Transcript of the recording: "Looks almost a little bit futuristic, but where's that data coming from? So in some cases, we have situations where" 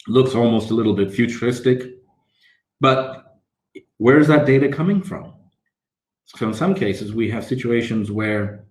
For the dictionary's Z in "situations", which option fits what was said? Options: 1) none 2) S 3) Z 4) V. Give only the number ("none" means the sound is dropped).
3